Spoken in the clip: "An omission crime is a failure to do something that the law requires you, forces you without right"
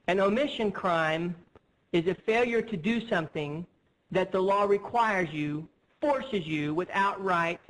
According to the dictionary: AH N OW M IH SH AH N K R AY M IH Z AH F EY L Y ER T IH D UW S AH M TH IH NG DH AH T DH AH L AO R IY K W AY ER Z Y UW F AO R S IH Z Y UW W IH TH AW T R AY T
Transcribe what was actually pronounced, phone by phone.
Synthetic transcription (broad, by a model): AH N OW M IH SH AH N K R AY M IH Z AH F EY L Y ER T IH D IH S AH M TH IH NG DH AH T DH AH L AO R IY K W AY ER Z Y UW F AO R S IH Z Y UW W IH TH AW T R AY T